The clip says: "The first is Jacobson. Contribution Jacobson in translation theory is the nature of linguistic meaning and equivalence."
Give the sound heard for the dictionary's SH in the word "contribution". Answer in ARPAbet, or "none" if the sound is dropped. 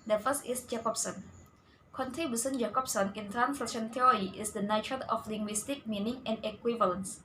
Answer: S